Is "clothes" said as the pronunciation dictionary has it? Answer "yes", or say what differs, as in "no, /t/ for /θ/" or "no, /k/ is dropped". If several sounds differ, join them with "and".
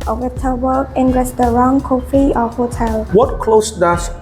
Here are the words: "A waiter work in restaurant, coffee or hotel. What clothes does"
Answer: no, /s/ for /z/